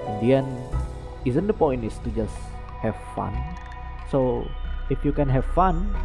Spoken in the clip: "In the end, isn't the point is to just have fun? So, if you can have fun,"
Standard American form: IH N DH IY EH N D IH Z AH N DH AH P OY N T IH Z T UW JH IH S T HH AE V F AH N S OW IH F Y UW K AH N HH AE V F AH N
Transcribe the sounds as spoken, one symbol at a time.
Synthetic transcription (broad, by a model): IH N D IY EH N IH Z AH N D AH P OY N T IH S T UW JH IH S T HH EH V F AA N S OW IH F Y UW K AH N HH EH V F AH N